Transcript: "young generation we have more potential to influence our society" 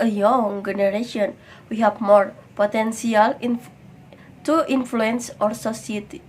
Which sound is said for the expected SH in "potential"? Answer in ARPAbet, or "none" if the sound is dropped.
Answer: S